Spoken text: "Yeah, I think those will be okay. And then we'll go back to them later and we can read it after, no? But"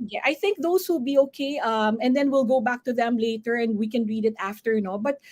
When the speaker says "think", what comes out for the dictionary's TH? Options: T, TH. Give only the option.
TH